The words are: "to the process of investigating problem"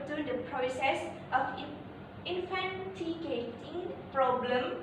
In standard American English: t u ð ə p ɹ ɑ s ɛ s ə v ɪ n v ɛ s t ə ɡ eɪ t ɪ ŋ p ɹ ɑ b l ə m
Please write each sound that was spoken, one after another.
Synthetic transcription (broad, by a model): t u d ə p ɹ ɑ s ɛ s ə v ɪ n f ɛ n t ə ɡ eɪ t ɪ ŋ p ɹ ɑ b l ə m